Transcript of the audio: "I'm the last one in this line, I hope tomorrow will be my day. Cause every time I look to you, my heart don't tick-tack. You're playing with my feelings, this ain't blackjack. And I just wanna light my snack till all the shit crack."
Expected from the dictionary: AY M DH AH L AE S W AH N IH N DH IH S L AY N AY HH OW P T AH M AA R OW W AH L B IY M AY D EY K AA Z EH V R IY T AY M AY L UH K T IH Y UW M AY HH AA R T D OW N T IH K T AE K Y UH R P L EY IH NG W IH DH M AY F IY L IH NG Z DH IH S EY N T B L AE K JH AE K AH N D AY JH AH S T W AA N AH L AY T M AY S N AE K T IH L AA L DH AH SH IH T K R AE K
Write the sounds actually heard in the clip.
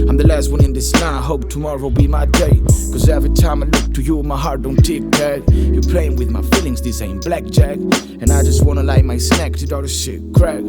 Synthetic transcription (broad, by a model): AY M DH AH L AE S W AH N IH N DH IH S N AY AY HH OW P T AH M AA R OW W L B IY M AY D EY K AA Z EH V R IY T AY M AY L UH K T IH Y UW M AY HH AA R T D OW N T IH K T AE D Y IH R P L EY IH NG W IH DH M AY F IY L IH NG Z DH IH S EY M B L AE K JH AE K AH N AY JH AH S T W AA N AH L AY M AY S N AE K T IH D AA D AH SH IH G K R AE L